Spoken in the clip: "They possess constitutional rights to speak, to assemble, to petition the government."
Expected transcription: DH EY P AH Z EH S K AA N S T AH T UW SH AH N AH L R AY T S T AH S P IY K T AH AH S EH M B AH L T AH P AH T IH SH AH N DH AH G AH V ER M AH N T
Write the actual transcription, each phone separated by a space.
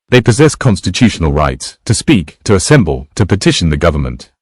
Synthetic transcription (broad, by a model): DH EY P AH Z EH S K AA N S T AH T UW SH AH N AH L R AY T S T AH S P IY K T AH AH S EH M B AH L T AH P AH T IH SH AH N DH AH G AH V ER M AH N T